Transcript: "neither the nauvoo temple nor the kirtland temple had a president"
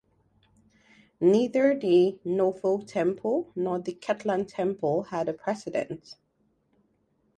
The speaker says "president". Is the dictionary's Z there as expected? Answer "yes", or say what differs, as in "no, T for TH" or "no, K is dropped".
no, S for Z